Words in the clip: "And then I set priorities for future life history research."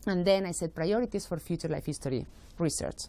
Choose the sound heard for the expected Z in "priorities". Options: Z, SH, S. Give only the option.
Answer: S